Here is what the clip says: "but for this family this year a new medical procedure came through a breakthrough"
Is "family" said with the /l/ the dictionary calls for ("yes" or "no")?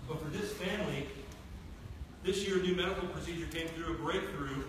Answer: yes